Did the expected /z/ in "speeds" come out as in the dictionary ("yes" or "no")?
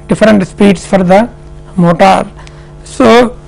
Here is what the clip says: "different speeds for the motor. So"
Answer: no